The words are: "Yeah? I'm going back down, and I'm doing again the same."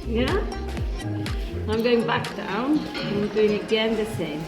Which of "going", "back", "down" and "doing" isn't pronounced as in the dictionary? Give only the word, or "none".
down